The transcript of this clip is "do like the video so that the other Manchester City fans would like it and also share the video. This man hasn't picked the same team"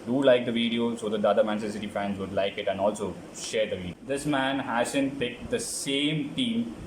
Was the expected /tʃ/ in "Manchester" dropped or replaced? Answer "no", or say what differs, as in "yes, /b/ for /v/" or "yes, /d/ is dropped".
yes, /tʃ/ is dropped